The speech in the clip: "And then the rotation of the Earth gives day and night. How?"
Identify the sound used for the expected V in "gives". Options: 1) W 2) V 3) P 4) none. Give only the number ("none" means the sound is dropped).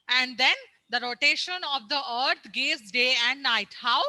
4